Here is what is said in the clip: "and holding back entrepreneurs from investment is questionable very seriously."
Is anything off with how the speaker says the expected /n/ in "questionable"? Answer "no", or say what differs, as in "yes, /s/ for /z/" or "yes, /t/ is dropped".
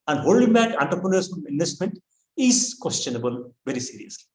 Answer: no